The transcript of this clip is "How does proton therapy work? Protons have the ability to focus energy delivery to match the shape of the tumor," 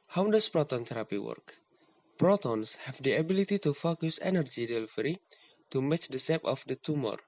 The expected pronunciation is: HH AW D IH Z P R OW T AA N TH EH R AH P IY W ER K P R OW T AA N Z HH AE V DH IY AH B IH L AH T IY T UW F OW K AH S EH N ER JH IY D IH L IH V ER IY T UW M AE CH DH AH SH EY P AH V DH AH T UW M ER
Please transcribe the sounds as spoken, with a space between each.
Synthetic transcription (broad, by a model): HH AW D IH S P R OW T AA N T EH R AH P IY W ER K P R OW T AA N S HH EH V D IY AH B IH L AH T IY T UW F OW K AH S EH N ER JH IY D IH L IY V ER IY T UW M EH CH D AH S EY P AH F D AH T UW M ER